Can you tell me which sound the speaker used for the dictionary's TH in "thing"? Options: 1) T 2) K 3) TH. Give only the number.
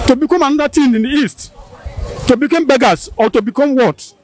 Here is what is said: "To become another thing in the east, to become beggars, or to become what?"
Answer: 1